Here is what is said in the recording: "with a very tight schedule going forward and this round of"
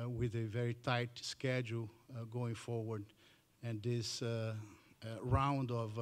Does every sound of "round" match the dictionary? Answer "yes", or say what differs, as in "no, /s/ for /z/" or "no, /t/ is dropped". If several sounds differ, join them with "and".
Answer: yes